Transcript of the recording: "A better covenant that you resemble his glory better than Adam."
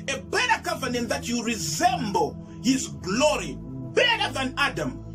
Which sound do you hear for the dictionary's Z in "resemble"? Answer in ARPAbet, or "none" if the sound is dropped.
Z